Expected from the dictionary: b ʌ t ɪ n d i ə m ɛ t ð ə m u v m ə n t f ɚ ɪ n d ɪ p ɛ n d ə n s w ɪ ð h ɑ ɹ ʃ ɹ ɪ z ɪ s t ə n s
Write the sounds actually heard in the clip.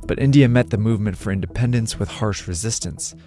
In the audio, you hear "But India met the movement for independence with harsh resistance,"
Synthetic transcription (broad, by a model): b ʌ t ɪ n d i ə m ɛ t ð ə m u v m ə n t f ɚ ɪ n d ɪ p ɛ n d ə n s w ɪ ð h ɑ ɹ ʃ ɹ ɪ z ɪ s t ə n s